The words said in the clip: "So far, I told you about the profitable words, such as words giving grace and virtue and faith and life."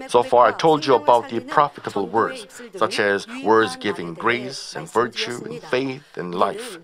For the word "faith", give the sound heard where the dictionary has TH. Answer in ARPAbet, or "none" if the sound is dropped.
TH